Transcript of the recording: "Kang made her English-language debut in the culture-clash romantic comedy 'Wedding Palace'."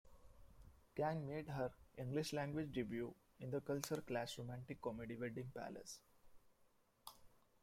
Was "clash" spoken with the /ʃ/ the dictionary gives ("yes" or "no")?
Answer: no